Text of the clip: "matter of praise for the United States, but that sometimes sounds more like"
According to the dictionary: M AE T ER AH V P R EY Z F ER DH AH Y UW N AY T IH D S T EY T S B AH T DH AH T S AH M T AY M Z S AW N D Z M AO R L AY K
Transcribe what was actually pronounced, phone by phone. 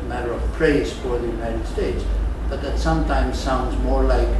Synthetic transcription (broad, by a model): M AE T ER AH V P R EY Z F ER DH AH Y UW N AY T IH D S T EY T S B AH T DH AH T S AH M T AY M Z S AW N D Z M AO R L AY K